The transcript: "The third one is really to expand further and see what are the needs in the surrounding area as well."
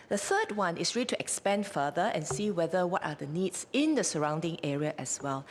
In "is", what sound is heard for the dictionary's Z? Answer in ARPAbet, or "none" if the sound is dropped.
S